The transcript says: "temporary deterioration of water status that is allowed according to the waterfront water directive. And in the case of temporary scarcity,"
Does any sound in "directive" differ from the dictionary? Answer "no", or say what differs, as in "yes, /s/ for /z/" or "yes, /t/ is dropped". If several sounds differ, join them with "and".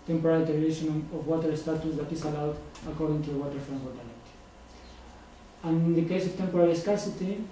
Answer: yes, /l/ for /ɹ/ and /v/ is dropped